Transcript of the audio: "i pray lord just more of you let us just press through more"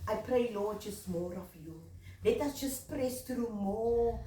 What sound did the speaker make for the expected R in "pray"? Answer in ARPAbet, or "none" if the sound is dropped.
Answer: R